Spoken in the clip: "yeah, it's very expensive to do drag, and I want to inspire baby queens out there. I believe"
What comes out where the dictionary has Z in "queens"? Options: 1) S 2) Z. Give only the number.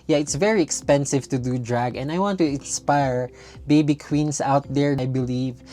1